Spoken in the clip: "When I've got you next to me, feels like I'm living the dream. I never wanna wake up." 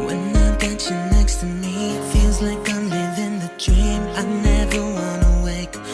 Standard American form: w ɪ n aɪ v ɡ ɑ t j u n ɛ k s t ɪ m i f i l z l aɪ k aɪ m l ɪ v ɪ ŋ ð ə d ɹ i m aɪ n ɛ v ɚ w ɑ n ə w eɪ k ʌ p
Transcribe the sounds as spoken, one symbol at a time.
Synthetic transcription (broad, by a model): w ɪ n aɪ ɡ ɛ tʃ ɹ n ɛ k s t ɪ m i f i l z l aɪ k aɪ m l ɪ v ɪ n ð ə d ɹ i m aɪ n ɛ v ɚ w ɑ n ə w eɪ k